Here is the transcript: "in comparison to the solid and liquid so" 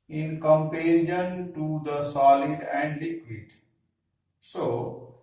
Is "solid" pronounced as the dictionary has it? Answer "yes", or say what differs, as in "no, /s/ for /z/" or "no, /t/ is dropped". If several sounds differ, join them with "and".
yes